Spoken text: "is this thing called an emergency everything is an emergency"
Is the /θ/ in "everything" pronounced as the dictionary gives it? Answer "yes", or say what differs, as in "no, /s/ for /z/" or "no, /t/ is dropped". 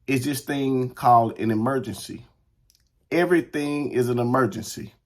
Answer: yes